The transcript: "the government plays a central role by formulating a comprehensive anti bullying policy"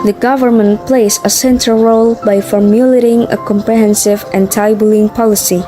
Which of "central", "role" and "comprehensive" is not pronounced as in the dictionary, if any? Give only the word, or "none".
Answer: central